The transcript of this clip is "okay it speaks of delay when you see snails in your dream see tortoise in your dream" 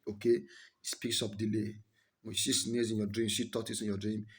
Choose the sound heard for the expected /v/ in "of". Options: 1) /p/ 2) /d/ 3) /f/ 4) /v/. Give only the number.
1